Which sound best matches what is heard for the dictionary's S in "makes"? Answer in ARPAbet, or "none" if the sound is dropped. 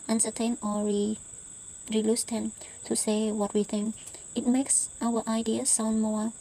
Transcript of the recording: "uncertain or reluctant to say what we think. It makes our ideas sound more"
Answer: S